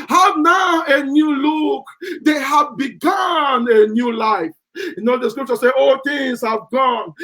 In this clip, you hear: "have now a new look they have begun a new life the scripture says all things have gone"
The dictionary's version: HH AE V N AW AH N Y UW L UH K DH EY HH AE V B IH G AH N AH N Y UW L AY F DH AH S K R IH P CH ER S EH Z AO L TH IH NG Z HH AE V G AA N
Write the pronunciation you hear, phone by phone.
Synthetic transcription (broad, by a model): HH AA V N AW AH N Y UW L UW K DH EY HH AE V B IH G AH N AH N Y UW L AY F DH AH S K R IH P CH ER S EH AO L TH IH NG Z HH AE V G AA N